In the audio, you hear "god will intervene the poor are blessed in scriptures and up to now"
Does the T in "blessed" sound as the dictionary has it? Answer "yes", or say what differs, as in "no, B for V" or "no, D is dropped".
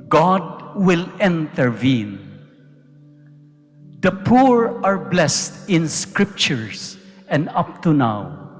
yes